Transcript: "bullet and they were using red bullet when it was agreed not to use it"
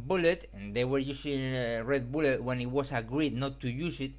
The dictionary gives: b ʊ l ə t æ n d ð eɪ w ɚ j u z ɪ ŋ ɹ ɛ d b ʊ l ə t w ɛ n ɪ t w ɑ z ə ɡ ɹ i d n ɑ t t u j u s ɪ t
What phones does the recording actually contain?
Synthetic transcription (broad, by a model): b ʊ l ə t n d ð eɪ w ɚ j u s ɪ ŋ ɹ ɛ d b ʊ l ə t w ɛ n ɪ t w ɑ s ə ɡ ɹ i d n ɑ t t u j u s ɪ t